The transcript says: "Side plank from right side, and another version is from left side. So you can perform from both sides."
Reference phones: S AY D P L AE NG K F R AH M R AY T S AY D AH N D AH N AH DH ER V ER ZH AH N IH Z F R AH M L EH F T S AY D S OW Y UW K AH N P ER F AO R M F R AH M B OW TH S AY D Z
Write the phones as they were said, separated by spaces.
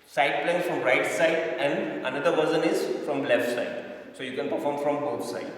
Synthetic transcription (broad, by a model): S AY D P L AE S F R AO M R AY T S AY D AH N D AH N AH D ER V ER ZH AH N IH Z F R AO M L EH F T S AY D S OW Y UW K AH N P ER F AO R M F R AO M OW T S AY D